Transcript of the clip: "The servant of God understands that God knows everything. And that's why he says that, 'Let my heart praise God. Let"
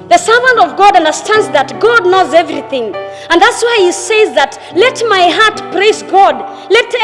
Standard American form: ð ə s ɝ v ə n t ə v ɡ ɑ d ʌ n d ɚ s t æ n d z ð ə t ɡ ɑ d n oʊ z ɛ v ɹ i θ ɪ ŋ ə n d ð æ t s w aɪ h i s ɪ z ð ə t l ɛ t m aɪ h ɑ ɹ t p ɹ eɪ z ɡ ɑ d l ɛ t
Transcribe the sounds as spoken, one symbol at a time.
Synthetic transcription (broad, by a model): ð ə s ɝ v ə n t ə v ɡ ɑ d ʌ n d ɚ s t æ n d z ð ə t ɡ ɑ d n oʊ z ɛ v ɹ i θ ɪ ŋ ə n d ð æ t s w aɪ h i s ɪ z ð ə t l ɛ t m aɪ h ɑ ɹ t p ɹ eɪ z ɡ ɑ d l ɛ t